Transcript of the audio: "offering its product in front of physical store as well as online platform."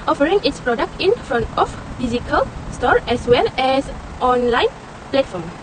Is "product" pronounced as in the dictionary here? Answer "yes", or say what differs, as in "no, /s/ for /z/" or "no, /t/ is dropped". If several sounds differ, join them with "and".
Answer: yes